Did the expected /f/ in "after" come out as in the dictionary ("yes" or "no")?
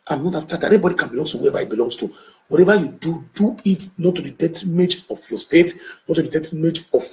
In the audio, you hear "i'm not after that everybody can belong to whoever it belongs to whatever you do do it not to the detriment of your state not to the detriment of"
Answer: no